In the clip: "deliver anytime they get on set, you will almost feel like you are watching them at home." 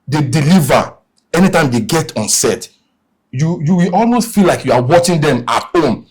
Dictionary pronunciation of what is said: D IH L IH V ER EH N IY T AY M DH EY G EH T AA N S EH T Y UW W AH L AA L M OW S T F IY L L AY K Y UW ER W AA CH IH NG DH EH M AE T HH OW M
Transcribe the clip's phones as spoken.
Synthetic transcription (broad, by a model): D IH L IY V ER EH N IY T AY M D EY G EH T AA N S EH T Y UW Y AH W AA L M OW S T F IY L L AY K Y UW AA W AA CH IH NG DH EH M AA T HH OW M